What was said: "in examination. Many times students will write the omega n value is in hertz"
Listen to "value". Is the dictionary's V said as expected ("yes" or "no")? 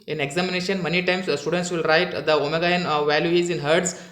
yes